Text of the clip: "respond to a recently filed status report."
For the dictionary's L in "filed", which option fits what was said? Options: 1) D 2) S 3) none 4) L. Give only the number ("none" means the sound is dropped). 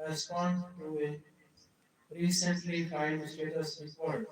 3